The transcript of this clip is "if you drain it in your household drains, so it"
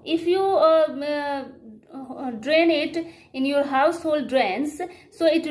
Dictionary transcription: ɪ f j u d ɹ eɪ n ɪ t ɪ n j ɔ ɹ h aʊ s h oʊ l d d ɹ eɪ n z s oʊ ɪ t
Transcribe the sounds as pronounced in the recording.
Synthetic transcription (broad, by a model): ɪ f j u d ɹ eɪ n ɪ t ɪ n j ɔ ɹ h aʊ s h oʊ l d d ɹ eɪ n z s oʊ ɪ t